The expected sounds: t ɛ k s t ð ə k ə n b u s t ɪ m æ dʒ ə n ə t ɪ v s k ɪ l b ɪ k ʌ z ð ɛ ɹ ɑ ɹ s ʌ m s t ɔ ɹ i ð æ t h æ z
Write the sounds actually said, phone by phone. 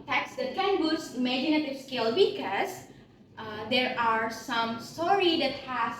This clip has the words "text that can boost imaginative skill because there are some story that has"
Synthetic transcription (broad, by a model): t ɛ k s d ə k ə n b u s ɪ m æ dʒ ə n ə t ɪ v s k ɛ l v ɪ k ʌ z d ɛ ɹ ɑ ɹ s ʌ m s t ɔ ɹ i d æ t h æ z